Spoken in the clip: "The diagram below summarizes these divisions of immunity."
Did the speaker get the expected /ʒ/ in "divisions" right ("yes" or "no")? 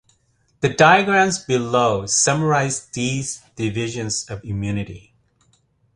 yes